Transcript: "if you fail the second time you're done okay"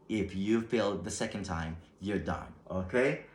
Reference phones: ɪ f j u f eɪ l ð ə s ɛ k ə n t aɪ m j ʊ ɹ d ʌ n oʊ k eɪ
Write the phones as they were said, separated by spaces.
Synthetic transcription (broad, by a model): ɪ f j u p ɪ l ð ə s ɛ k ə n t aɪ m j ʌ ɹ d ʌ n oʊ k eɪ